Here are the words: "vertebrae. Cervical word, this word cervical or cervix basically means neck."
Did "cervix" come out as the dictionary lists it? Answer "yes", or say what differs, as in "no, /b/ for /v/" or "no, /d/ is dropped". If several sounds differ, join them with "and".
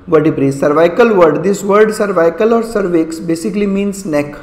yes